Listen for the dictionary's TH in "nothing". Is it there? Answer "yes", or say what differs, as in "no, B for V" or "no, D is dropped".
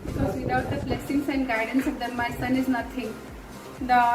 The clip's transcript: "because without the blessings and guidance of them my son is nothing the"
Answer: no, T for TH